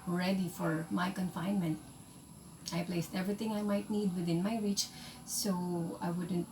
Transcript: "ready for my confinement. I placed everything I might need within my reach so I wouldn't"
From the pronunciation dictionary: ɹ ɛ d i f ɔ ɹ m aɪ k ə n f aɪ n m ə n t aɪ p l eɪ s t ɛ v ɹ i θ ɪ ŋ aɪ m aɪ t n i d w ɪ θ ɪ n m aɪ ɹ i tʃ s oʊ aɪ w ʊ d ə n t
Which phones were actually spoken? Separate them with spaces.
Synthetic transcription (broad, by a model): ɹ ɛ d i f ɔ ɹ m aɪ k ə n f aɪ n m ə n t aɪ p l eɪ s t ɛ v ɹ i t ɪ ŋ aɪ m aɪ t n i d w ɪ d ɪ n m aɪ ɹ i tʃ s oʊ aɪ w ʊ d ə n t